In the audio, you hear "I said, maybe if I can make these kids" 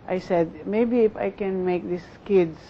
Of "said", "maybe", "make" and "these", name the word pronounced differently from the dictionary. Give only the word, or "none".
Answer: these